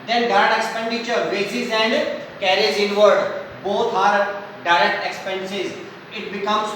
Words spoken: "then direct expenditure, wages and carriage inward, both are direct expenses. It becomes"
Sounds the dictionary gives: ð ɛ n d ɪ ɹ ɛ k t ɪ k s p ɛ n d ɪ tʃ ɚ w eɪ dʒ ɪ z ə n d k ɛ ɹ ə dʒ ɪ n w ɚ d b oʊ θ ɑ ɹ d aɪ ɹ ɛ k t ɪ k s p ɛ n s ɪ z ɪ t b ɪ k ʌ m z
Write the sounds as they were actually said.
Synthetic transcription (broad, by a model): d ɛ n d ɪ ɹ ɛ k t ɪ k s p ɛ n d ɪ tʃ ɚ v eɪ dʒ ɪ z ə n d k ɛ ɹ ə z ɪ n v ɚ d b oʊ t ɑ ɹ d aɪ ɹ ɛ k t ɪ k s p ɛ n s ɪ z ɪ t b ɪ k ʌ m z